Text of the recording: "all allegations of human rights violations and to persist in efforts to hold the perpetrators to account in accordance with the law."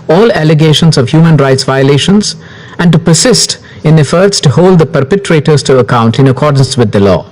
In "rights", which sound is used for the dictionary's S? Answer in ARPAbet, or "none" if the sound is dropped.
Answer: S